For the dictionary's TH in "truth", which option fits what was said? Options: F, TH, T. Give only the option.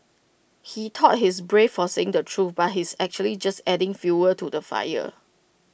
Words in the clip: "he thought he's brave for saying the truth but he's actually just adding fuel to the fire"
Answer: F